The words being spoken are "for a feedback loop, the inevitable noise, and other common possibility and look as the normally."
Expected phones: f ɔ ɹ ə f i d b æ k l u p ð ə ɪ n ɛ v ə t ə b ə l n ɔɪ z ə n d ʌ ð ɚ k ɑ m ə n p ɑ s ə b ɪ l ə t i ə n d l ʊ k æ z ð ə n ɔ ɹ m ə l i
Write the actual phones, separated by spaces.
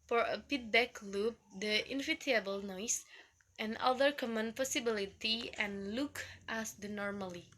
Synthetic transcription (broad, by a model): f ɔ ɹ ə p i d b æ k l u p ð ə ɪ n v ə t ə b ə l n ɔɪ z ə n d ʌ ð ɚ k ɑ m ə n p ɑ s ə b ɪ l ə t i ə n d l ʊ k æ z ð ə n ɔ ɹ m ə l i